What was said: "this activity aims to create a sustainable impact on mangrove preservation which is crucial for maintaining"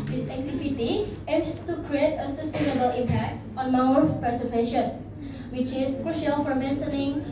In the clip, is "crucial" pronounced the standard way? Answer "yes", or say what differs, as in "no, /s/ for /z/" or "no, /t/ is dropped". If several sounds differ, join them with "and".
yes